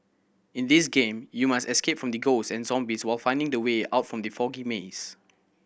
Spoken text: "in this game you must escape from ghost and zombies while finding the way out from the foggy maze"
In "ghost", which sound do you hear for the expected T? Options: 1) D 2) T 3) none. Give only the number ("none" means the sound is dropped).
3